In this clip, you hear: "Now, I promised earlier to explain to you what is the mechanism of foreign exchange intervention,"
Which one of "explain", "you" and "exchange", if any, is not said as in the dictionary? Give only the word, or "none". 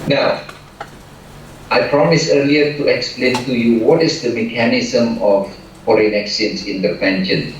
exchange